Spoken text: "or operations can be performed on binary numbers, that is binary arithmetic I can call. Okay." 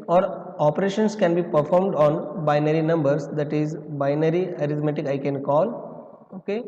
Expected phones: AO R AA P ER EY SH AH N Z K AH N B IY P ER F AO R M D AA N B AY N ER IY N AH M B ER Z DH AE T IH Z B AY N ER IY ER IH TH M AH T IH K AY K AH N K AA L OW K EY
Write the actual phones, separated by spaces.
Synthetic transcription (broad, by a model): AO R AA P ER EY SH AH N S K AH N B IY P ER F AO R M D AA N B AY N ER IY N AH M B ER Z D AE T IH Z B AY N ER IY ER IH T M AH T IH K AY K AH N K AA L OW K EY